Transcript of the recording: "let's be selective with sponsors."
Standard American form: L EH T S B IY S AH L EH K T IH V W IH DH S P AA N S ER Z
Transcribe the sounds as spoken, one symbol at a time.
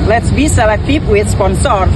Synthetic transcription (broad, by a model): L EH T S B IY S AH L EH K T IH P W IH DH S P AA N S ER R